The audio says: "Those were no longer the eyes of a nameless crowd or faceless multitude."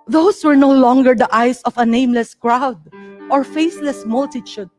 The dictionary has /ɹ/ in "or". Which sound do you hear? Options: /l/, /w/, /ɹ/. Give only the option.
/ɹ/